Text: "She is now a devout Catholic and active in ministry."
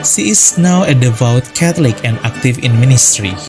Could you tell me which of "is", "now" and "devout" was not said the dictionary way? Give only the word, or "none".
is